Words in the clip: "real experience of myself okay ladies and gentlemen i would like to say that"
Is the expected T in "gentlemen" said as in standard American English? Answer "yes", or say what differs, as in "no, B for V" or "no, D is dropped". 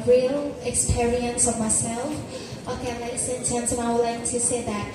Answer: no, S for T